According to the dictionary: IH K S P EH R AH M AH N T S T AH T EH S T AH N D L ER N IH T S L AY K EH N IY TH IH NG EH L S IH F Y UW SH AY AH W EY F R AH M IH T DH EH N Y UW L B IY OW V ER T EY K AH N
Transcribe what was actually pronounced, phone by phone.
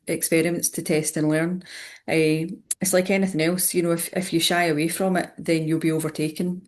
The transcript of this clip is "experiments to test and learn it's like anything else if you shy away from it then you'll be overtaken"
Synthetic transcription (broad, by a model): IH K S P EH R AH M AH N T S T AH T EH S T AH N L ER N IH T S L AY K EH N IY TH IH NG EH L S IH F Y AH SH AY AH W EY F R AH M IH T DH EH N Y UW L B IY OW V ER T EY K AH N